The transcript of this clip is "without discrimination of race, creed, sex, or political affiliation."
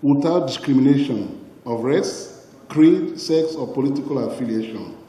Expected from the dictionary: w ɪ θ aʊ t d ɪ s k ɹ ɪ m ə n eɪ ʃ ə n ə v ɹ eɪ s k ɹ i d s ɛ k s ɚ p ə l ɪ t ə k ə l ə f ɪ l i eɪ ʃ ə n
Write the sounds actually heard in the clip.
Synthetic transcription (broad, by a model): w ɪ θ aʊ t d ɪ s k ɹ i m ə n eɪ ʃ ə n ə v ɹ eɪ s k ɹ i d s ɛ k s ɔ p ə l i t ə k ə l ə f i l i eɪ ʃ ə n